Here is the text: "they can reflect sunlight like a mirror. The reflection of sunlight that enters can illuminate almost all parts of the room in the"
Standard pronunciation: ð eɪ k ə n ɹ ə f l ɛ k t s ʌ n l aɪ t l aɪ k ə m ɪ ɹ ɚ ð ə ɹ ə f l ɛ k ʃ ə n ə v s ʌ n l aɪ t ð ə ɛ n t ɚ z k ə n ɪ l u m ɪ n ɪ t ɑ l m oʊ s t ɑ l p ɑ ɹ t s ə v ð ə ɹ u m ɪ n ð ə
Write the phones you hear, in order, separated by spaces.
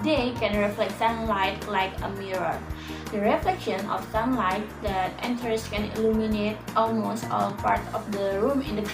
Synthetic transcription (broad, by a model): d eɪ k ə n ɹ ə f l ɛ k t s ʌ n l aɪ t l aɪ k ə m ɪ ɹ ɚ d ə ɹ ə f l ɛ k ʃ ə n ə f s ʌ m l aɪ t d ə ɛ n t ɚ s k ə n ɪ l u m ɪ n ɪ t ɑ l m oʊ s t ɑ l p ɑ ɹ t ə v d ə ɹ u m ɪ n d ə